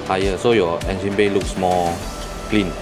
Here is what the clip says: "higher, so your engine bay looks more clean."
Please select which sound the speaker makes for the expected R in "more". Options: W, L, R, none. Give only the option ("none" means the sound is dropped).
L